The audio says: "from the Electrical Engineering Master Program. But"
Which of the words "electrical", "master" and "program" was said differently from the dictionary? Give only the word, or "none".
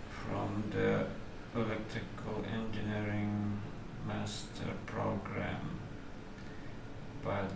electrical